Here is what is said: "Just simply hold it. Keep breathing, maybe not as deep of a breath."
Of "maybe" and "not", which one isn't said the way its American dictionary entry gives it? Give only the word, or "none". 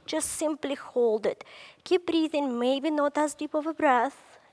none